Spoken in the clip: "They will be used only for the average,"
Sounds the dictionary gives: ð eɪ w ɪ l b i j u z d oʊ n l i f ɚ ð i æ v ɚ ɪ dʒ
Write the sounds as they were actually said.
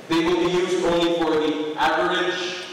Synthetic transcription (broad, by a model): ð eɪ w ɪ l b i j u z d oʊ n l i f ɚ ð i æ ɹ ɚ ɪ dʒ